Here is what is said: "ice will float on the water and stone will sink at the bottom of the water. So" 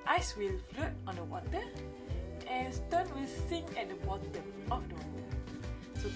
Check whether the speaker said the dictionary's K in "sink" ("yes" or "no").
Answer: no